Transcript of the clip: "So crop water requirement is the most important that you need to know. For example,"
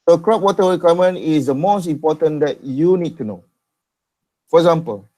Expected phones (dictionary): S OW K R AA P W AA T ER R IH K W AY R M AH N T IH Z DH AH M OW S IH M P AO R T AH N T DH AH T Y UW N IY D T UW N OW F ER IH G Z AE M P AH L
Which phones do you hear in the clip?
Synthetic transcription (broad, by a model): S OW K R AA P W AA T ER W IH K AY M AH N IH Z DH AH M OW S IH M P AO T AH N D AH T Y UW N IY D T UW N OW F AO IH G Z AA M P AH L